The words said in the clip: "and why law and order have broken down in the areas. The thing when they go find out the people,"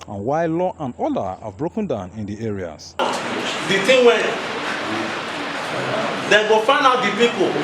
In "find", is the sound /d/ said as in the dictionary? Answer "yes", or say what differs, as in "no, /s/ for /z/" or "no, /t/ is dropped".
no, /d/ is dropped